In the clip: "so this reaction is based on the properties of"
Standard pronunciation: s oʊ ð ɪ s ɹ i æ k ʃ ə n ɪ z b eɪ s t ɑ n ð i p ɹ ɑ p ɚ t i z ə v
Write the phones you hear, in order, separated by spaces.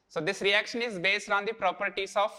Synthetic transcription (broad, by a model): s oʊ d ɪ s ɹ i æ k ʃ ə n ɪ z b eɪ s t ɑ n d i p ɹ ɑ p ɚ t i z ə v